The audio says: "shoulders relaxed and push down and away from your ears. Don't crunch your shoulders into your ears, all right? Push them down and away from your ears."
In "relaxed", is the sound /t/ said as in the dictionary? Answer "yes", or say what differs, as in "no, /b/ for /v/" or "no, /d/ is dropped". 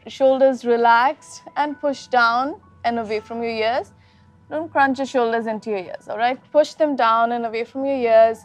no, /t/ is dropped